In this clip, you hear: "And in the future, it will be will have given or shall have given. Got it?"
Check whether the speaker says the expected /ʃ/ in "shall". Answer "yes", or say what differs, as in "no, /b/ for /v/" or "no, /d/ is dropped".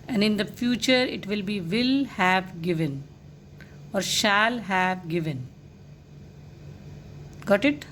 yes